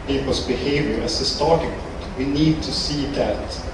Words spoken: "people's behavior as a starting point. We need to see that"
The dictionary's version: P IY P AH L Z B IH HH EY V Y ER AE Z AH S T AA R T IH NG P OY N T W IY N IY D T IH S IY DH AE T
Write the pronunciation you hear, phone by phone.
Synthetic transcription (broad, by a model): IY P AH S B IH HH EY V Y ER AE S AH S T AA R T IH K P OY T W IY N IY D T IH S IY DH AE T